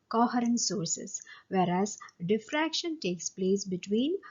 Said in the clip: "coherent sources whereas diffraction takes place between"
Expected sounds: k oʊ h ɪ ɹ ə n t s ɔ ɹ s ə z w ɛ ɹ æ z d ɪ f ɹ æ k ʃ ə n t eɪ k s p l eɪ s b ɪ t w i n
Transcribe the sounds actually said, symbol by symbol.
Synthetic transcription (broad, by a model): k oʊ h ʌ ɹ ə n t s ɔ ɹ s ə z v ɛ ɹ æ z d ɪ f ɹ æ k ʃ ə n t eɪ k s p l eɪ s b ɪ t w i n